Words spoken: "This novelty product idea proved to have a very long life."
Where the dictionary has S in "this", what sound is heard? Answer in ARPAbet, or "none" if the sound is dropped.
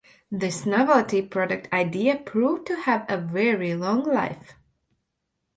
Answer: S